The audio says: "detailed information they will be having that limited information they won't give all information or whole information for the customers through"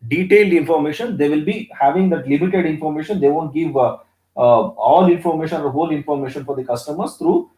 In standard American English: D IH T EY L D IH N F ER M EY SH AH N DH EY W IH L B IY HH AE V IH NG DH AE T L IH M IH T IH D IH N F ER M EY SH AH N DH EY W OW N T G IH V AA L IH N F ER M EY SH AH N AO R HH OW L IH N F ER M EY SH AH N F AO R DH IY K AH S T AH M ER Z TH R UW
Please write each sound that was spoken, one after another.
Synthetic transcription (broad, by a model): D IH T EY L D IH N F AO M EY SH AH N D EY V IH L B IY HH AE V IH NG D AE T L IH M IH T IH D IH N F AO M EY SH AH N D EY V OW N T G IH V AA L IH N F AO M EY SH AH N AO R HH OW L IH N F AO M EY SH AH N F AO R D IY K AH S T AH M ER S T R UW